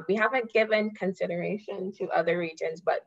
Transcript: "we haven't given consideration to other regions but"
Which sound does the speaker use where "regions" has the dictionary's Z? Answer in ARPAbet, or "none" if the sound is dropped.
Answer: Z